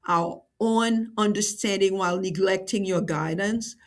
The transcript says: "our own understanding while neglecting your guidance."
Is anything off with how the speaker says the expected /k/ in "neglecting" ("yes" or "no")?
no